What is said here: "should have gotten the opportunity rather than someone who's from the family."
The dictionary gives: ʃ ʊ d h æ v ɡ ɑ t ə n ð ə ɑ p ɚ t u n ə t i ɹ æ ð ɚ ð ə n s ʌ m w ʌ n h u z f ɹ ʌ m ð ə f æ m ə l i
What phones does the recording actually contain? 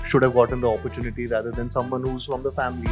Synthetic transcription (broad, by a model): ʃ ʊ d h æ v ɡ ɑ t ə n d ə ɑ p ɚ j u n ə t i ɹ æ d ɚ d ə n s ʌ m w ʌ n h u z f ɹ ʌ m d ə f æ m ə l i